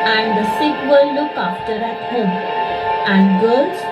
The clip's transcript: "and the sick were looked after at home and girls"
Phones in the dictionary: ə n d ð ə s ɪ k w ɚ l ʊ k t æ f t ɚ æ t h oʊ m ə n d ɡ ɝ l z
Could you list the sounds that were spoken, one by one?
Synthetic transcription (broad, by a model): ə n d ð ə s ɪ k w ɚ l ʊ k ɑ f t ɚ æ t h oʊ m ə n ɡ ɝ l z